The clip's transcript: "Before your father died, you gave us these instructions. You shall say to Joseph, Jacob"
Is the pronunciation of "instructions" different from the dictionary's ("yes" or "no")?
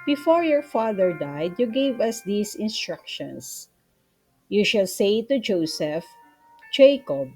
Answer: yes